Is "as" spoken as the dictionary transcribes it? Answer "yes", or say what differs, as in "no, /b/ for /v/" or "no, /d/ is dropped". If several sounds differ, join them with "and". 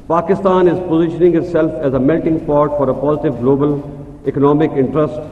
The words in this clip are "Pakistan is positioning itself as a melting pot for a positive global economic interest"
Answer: yes